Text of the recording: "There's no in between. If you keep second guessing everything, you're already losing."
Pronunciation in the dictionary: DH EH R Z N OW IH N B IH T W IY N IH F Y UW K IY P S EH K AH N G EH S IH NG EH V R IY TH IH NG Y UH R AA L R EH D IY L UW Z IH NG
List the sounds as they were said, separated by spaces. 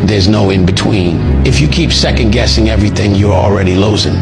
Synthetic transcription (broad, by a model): DH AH R Z N OW IH N B IH T W IY N IH F Y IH K IY P S EH K AH N G EH S IH NG EH V R IY TH IH NG Y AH R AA L R EH D IY L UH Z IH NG